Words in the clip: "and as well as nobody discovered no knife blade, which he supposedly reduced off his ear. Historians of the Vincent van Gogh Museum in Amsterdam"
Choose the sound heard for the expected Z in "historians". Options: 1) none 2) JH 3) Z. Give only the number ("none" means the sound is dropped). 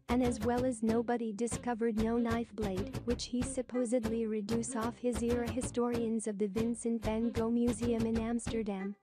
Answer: 3